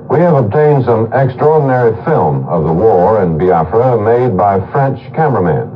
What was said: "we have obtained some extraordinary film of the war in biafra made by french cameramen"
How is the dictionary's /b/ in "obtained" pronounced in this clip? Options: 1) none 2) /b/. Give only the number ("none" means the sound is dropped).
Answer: 2